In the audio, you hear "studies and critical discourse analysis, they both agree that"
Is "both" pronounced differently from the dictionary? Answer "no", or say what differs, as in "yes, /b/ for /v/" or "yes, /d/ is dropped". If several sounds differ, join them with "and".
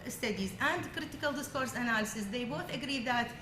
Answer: no